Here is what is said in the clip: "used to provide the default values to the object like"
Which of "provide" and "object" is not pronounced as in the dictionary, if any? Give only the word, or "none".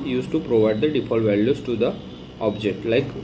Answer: none